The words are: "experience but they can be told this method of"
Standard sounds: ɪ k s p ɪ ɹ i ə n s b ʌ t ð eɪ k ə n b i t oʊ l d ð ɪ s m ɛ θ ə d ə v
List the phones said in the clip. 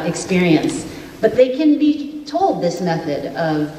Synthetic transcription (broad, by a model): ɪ k s p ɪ ɹ i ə n s b ʌ t ð eɪ k ə n b i t oʊ l d ð ɪ s m ɛ θ ə d ə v